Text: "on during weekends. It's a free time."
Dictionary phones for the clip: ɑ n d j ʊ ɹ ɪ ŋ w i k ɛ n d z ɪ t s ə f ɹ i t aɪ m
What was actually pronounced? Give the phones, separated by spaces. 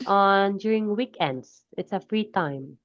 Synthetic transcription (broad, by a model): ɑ n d j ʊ ɹ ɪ ŋ w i k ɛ n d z ɪ t s ə f ɹ i t aɪ m